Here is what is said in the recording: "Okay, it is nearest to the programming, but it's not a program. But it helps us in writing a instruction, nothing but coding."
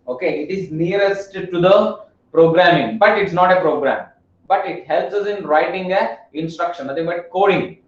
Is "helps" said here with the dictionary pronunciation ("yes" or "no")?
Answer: yes